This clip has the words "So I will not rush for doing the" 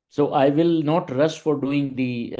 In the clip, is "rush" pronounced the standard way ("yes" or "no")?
no